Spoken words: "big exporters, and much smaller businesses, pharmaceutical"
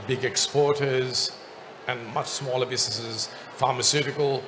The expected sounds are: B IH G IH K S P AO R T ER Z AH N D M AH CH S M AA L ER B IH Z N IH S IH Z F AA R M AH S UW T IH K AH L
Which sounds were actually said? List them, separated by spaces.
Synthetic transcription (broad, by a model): B IH G IH K S P AO R T ER Z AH N M AH CH S M AA L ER B IH Z N IH S IH Z F AA R M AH S UW T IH K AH L